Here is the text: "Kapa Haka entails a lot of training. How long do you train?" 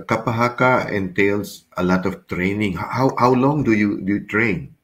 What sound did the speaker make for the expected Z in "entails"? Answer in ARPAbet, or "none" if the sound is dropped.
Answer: S